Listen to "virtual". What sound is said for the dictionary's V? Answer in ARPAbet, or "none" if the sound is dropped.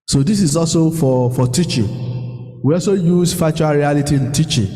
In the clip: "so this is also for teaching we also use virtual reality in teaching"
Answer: F